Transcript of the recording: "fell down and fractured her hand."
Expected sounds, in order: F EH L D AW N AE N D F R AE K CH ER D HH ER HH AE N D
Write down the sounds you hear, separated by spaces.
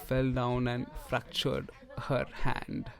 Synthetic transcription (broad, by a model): F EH L D AW N AE N D F R AE K CH ER D HH ER HH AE N D